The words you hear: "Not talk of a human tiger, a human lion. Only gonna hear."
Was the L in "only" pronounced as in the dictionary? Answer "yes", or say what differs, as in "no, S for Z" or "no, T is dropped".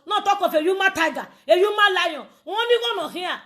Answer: no, L is dropped